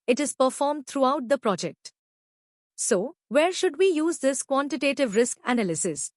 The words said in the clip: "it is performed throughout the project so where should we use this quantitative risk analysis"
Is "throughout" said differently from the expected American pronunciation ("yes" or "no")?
yes